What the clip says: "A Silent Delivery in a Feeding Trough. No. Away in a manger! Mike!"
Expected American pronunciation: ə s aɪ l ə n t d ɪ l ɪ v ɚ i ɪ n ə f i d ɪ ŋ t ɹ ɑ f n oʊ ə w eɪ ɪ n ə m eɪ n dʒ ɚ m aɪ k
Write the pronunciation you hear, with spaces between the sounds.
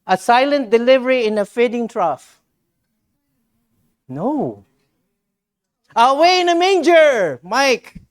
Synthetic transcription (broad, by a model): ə s aɪ l ə n t d ɪ l ɪ v ɚ i ɪ n ə f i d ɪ ŋ t ɹ ɑ f n oʊ ə w eɪ ɪ n ə m eɪ n dʒ ɚ m aɪ k